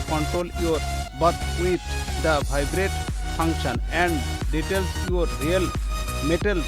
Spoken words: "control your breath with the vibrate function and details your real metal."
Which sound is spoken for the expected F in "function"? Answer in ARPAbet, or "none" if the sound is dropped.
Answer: P